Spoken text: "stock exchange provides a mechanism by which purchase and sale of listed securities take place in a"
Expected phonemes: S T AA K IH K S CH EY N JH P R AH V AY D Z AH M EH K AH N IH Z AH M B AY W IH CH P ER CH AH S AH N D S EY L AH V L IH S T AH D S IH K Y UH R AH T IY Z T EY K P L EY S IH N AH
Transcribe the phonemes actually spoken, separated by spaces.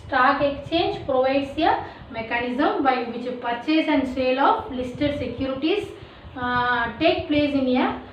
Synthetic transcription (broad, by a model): S T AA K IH K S CH EY N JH P R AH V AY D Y AH M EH K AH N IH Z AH M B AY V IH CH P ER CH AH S AH N D S EY L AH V L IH S T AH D S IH K Y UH R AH T IY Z T EY K P L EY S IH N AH